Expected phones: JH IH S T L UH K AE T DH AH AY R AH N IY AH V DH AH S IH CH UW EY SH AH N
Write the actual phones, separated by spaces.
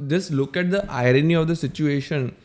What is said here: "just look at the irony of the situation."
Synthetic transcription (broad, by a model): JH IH S L UH K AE T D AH AY R AH N IY AH V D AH S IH CH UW EY SH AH N